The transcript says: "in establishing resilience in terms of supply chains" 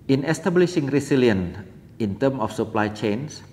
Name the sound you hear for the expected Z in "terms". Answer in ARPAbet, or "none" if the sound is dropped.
none